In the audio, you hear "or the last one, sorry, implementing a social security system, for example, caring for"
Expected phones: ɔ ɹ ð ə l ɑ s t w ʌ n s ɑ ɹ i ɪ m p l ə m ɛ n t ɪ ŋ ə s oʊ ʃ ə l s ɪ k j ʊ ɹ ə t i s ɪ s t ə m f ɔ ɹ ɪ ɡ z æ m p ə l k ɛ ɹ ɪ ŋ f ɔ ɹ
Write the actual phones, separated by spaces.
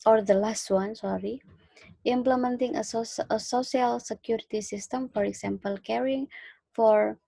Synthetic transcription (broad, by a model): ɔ ɹ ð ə l ɑ s t w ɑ n s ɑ ɹ i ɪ m p l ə m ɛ n t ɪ ŋ ə s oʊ s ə l s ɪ k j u ɹ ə t i s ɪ s t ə m f ɔ ɹ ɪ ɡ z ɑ m p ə l k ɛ ɹ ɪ ŋ f ɔ ɹ